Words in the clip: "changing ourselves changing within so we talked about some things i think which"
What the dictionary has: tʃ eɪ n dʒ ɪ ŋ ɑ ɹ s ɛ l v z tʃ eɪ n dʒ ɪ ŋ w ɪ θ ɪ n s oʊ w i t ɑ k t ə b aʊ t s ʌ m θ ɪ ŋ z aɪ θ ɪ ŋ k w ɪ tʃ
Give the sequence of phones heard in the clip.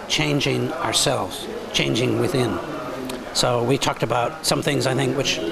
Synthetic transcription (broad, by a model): tʃ eɪ n dʒ ɪ ŋ ɑ ɹ s ɛ l v z tʃ eɪ n dʒ ɪ ŋ w ɪ θ ɪ n s oʊ w i t ɑ k t ə b aʊ t s ʌ m θ ɪ ŋ z aɪ θ ɪ ŋ k w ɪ tʃ